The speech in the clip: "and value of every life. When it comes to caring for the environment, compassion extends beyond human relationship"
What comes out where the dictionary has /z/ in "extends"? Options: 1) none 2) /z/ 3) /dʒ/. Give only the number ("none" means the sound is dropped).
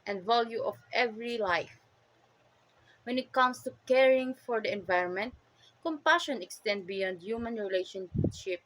1